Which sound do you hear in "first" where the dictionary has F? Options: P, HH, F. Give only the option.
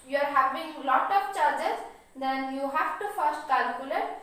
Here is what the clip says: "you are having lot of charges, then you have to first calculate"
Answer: F